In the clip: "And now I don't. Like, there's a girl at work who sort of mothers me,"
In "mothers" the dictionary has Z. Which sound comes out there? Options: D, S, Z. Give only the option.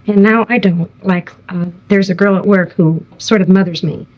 Z